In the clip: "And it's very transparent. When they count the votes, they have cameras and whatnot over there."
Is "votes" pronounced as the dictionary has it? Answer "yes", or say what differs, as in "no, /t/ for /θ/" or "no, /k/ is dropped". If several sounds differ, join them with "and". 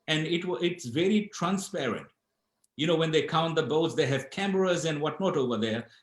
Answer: no, /b/ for /v/